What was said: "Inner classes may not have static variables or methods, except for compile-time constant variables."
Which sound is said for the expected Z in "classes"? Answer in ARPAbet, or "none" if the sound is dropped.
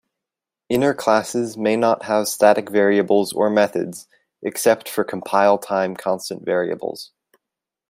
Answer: Z